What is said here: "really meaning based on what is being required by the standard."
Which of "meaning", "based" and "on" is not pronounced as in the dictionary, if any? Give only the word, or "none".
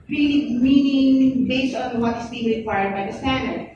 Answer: none